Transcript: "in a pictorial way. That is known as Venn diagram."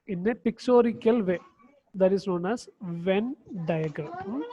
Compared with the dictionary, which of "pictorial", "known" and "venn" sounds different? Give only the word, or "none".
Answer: pictorial